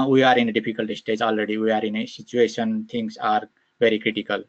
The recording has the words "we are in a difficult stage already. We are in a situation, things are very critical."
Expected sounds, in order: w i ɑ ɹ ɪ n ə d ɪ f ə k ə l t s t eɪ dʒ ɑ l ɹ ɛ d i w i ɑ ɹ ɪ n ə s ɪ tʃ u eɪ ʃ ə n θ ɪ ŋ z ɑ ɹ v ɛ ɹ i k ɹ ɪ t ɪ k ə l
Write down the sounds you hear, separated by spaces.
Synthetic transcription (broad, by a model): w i ɑ ɹ ɪ n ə d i p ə k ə l t s t eɪ dʒ ɑ l ɹ ɛ d i w i ɑ ɹ ɪ n ə s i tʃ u eɪ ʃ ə n t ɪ ŋ s ɑ ɹ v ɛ ɹ i k ɹ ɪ t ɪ k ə l